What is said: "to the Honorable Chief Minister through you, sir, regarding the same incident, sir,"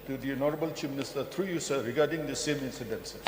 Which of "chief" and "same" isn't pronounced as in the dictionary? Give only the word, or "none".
chief